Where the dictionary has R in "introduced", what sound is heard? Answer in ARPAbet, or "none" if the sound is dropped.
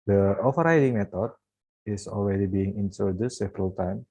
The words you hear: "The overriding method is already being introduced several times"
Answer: none